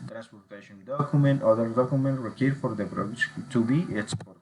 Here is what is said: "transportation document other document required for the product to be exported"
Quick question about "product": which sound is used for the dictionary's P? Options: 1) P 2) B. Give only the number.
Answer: 2